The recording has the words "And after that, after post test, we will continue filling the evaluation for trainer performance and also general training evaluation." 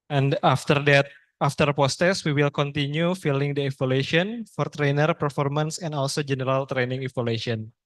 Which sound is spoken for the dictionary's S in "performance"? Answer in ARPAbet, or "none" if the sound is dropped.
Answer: S